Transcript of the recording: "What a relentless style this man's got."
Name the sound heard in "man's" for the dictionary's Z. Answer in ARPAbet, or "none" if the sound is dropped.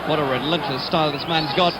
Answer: Z